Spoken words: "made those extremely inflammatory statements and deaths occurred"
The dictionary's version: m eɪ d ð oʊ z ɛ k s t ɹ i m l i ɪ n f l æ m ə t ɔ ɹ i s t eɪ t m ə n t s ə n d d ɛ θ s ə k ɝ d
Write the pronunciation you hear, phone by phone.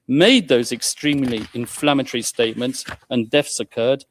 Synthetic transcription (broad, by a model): m eɪ d ð oʊ z ɛ k s t ɹ i m l i ɪ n f l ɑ m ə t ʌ ɹ i s t eɪ t m ə n t s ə n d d ɛ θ s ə k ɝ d